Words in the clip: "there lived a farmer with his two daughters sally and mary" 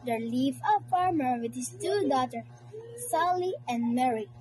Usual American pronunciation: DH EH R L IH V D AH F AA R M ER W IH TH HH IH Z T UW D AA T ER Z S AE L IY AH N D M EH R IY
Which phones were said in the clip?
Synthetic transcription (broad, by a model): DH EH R L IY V AH F AA R M ER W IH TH HH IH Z T UW D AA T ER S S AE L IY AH N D M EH R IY